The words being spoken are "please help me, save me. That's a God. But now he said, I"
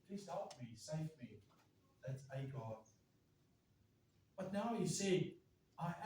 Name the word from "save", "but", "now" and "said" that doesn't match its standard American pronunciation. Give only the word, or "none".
said